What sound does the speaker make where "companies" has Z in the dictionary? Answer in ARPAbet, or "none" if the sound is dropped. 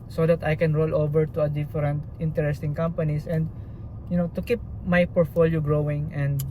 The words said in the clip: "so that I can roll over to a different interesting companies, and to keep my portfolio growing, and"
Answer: S